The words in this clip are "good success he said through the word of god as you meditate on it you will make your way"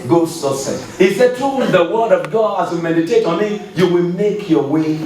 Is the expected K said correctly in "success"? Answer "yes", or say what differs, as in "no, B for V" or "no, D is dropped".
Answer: no, K is dropped